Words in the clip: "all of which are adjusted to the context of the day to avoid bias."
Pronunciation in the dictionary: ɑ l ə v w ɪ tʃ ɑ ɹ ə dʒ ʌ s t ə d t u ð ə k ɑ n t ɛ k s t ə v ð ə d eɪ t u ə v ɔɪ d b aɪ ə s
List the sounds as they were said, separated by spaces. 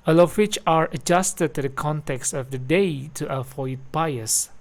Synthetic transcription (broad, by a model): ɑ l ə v w ɪ tʃ ɑ ɹ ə dʒ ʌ s t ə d t u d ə k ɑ n t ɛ k s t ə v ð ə d eɪ t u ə f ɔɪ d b aɪ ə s